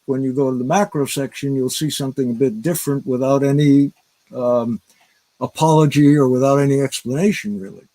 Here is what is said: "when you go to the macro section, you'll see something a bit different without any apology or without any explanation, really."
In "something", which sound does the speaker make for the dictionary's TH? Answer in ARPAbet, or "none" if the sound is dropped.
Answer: TH